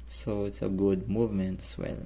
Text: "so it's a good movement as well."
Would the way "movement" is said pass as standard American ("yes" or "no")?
yes